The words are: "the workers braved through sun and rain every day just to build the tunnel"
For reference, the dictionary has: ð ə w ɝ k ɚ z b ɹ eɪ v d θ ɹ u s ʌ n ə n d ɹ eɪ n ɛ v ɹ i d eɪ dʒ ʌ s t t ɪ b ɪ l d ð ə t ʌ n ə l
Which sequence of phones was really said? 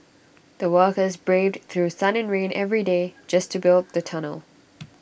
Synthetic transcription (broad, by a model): ð ə w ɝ k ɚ z b ɹ eɪ v d θ ɹ u s ʌ n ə n ɹ eɪ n ɛ v ɹ i d eɪ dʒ ʌ s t t ɪ b ɪ l d ð ə t ʌ n ə l